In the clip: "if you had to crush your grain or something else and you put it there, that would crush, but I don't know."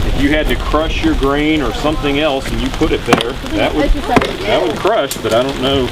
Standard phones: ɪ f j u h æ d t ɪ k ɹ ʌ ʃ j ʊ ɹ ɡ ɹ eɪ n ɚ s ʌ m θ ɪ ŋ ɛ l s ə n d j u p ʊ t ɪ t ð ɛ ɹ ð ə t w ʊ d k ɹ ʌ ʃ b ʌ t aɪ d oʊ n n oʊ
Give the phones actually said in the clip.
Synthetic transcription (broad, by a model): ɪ f j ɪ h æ d t ɪ k ɹ ʌ ʃ j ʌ ɹ ɡ ɹ eɪ n ɚ s ʌ m θ ɪ ŋ ɛ l s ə n j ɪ p ʊ t ɪ t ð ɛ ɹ ð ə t w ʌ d k ɹ ʌ ʃ b ʌ t aɪ d oʊ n n oʊ